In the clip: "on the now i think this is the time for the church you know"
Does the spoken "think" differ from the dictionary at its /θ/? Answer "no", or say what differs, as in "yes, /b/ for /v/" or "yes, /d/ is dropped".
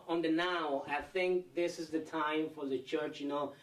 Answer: no